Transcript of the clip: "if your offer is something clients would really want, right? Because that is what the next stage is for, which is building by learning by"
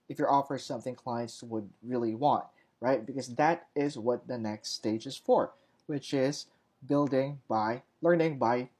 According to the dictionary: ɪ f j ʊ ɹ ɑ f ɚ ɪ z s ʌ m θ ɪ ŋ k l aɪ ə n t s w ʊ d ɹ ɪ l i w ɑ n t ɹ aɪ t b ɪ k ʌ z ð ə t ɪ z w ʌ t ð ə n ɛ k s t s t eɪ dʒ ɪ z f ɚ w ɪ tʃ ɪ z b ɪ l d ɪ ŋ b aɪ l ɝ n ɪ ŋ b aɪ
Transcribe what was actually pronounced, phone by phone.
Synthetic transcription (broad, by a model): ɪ f j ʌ ɹ ɑ f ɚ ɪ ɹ s ʌ m θ ɪ ŋ k l aɪ ə n t s w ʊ d ɹ ɪ l i w ɑ n t ɹ aɪ t b ɪ k ʌ z ð ə t ɪ z w ʌ t ð ə n ɛ k s t s t eɪ dʒ ɪ z f ɚ w ɪ tʃ ɪ z b ɪ l d ɪ ŋ b aɪ l ɝ n ɪ ŋ b aɪ